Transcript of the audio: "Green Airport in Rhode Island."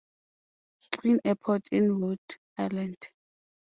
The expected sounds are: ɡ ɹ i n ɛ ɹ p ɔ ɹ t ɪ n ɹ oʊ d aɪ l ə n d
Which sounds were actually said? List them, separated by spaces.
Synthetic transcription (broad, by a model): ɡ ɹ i n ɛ p ɔ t ɪ n w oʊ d aɪ l ə n d